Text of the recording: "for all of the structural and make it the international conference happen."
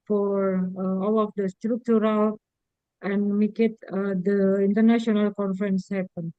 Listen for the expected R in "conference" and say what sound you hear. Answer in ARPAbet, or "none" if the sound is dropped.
R